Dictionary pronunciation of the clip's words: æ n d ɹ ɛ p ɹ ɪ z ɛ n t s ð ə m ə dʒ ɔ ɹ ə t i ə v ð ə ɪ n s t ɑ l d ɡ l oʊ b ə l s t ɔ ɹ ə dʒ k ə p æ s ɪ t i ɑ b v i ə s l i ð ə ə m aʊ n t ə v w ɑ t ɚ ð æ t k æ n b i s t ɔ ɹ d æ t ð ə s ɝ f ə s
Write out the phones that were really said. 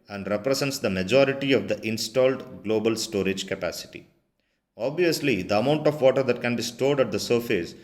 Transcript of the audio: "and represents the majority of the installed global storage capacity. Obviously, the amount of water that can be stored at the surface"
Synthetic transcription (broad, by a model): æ n d ɹ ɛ p ɹ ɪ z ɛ n t s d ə m ə dʒ ɔ ɹ ə t i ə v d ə ɪ n s t ɑ l d ɡ l oʊ b ə l s t ɔ ɹ ə dʒ k ə p æ s ɪ t i ɑ b v i ə s l i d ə ə m aʊ n t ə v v ɑ t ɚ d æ t k æ n b i s t ɔ ɹ d æ t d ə s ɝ f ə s